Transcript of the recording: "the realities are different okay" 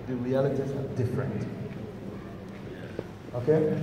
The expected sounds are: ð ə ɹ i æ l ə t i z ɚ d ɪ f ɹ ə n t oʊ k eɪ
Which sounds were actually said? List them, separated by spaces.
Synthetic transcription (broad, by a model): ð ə ɹ i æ l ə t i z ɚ d ɪ f ɹ ə n t oʊ k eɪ